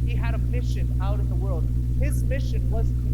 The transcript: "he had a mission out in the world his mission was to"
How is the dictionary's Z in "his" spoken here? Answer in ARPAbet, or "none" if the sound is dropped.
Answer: Z